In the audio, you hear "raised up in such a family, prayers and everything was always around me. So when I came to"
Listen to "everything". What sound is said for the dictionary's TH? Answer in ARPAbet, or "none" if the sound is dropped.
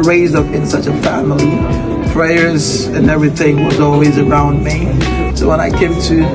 TH